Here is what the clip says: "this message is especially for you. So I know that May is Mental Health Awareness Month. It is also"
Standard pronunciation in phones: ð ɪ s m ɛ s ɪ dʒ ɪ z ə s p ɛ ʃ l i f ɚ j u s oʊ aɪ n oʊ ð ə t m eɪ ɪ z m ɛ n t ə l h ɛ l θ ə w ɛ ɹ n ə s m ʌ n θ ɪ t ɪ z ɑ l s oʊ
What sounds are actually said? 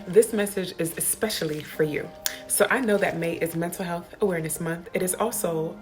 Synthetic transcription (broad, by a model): ð ɪ s m ɛ s ɪ dʒ ɪ z ə s p ɛ ʃ l i f ɚ j u s oʊ aɪ n oʊ ð ə t m eɪ ɪ z m ɛ n t l h ɛ l θ ə w ɛ ɹ n ə s m ʌ n θ ɪ t ɪ z ɑ l s oʊ